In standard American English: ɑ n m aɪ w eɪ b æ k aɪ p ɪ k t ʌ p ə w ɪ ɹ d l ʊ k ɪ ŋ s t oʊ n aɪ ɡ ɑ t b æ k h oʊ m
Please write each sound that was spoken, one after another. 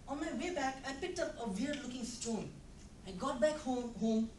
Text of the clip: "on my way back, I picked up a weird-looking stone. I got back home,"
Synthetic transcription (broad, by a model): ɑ n m aɪ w eɪ b æ k aɪ p ɪ k t ʌ p ə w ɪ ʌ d l ʊ k ɪ ŋ s t oʊ n aɪ ɡ ɑ t b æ k h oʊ m